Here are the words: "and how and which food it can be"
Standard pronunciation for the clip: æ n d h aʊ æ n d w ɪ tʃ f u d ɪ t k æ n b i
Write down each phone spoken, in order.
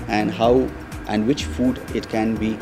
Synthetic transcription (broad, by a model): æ n d h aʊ æ n d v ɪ tʃ f u d ɪ t k æ n b i